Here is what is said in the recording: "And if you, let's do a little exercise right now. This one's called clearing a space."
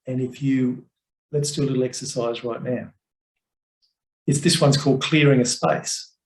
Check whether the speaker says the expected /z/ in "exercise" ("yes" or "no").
yes